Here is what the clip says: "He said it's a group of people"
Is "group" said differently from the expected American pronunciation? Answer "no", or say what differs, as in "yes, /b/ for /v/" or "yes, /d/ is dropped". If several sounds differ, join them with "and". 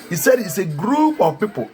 no